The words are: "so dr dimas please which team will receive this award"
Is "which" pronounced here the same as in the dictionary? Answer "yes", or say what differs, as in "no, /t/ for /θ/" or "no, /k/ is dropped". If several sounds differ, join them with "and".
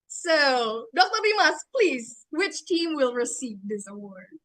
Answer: yes